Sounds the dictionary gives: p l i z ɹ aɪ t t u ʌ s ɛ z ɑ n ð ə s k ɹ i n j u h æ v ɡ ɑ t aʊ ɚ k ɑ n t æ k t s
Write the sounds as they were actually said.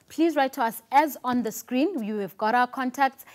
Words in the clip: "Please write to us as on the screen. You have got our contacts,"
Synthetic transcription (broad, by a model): p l i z ɹ aɪ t t u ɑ s ɛ z ɑ n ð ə s k ɹ i n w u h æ v ɡ ɑ t aʊ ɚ k ɑ n t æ k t s